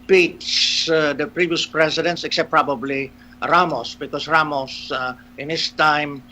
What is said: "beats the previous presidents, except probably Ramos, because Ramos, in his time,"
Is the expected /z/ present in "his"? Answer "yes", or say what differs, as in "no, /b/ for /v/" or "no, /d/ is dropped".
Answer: no, /s/ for /z/